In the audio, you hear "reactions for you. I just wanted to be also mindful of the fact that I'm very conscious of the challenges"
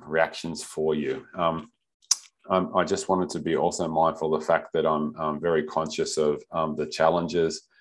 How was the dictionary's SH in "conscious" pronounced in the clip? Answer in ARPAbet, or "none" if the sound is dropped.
SH